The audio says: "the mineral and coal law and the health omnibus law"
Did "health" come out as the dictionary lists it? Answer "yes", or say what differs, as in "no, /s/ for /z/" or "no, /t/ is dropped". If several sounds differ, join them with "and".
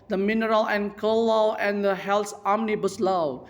no, /s/ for /θ/